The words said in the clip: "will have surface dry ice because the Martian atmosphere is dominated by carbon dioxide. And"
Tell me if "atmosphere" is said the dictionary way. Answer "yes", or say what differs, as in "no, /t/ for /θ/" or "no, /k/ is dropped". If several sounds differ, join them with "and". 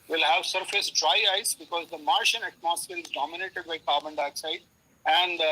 no, /l/ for /ɹ/